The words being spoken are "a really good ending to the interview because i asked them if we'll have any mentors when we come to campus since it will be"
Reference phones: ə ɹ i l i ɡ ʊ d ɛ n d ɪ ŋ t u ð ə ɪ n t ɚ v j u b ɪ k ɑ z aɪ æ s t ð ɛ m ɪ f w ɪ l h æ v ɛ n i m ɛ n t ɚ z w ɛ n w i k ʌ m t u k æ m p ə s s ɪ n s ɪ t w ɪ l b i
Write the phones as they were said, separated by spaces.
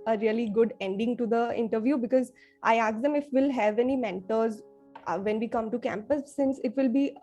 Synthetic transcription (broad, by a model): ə ɹ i l i ɡ ʊ d ɛ n d ɪ ŋ t u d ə ɪ n t ɚ v j u b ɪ k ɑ z aɪ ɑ s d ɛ m ɪ f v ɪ l h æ v ɛ n i m ɛ n t ɚ z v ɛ n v i k ʌ m t u k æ m p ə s s ɪ n s ɪ t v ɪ l b i